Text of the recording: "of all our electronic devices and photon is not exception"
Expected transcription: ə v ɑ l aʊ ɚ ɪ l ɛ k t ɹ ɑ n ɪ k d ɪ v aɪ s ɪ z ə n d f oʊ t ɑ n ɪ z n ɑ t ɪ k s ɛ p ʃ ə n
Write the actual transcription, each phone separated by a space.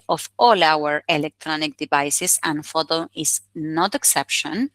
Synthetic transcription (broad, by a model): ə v ɑ l aʊ ɚ ɪ l ɛ k t ɹ ɑ n ɪ k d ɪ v aɪ s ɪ s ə n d f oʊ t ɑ ɪ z n ɑ t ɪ k s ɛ p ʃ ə n